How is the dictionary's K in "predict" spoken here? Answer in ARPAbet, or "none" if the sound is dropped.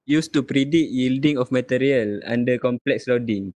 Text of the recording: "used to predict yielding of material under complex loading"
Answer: none